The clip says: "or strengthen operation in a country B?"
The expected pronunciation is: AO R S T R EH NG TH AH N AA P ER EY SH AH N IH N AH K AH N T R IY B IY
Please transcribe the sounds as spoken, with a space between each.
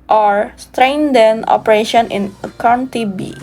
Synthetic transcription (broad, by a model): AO R S T R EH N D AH N AA P ER EY SH AH N IH N AH K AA N T IY B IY